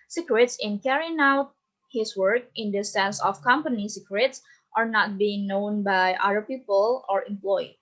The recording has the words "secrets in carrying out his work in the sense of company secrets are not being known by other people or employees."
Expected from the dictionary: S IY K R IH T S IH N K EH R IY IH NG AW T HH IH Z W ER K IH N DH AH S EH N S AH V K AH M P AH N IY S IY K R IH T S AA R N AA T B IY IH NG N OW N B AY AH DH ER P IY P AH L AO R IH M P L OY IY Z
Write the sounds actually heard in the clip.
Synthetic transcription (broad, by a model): S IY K R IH T S IH N K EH R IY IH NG AW T HH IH S W ER K IH N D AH S EH N S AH F K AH M P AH N IY S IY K R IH T S AA R N AA T B IY IH NG N OW N B AY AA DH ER P IY P AH L AO R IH M P L OY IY